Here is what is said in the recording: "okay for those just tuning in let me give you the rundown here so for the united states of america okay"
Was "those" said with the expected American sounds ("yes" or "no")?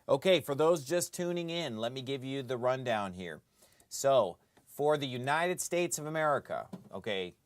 yes